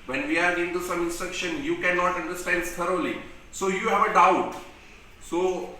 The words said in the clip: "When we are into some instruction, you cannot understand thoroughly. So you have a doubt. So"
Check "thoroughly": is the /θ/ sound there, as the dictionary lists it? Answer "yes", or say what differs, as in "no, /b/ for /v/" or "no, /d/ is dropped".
no, /t/ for /θ/